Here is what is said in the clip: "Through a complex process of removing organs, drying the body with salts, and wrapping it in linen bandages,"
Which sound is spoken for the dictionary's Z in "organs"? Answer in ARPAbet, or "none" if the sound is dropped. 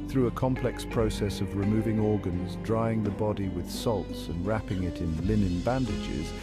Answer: Z